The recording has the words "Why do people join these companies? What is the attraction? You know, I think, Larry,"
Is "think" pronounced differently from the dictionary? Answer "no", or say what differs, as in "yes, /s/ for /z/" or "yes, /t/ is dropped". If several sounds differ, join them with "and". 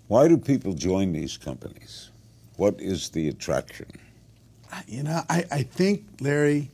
no